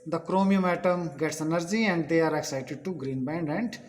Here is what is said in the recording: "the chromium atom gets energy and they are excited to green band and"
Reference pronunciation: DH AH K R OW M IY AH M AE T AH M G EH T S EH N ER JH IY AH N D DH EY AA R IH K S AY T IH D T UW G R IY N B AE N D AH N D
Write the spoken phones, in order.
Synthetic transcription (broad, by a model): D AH K R OW M IY AH M AE T AH M G EH T S EH N ER JH IY AH N D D EY AA R IH K S AY T IH D T UW G R IY N B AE N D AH N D